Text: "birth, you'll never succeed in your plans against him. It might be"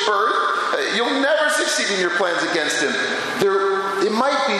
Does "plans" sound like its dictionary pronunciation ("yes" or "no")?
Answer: yes